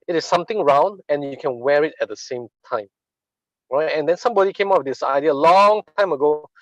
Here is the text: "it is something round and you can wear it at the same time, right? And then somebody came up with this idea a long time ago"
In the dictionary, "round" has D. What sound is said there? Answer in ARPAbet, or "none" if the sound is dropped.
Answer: D